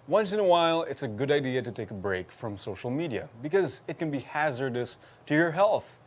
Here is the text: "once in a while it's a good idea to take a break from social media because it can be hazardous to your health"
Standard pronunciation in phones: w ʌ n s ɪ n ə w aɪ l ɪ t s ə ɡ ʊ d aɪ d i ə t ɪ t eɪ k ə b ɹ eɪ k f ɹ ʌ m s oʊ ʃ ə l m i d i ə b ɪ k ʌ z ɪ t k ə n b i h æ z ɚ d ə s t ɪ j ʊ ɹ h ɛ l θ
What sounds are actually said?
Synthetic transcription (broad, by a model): w ʌ n s ɪ n ə w aɪ l ɪ t s ə ɡ ʊ d aɪ d i ə t ɪ t eɪ k ə b ɹ eɪ k f ɹ ʌ m s oʊ ʃ l m i d i ə b ɪ k ʌ z ɪ t k ə n b i h æ z ɚ d ə s t ɪ j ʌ ɹ h ɛ l θ